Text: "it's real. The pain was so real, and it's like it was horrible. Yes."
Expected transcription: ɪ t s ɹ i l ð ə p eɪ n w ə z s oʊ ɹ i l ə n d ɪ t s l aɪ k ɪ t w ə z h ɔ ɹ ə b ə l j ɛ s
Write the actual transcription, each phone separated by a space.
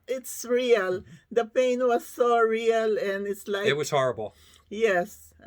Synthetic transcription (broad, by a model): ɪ t s ɹ i l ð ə p eɪ n w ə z s oʊ ɹ i l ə n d ɪ t s l aɪ ɪ t w ə z h ɔ ɹ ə b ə l j ɛ s